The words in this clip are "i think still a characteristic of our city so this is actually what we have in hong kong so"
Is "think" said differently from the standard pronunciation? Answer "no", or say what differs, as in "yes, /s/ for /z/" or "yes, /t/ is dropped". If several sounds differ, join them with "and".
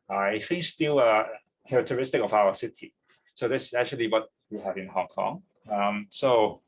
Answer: yes, /f/ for /θ/